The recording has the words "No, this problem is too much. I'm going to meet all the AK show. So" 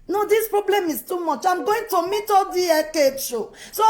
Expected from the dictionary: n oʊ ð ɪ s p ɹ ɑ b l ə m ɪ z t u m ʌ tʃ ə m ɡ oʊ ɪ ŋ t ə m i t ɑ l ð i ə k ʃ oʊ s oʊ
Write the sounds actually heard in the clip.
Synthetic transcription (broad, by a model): n oʊ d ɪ s p ɹ ɑ b l ə m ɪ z t u m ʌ tʃ ə m ɡ oʊ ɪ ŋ t ə m i t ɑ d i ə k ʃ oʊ s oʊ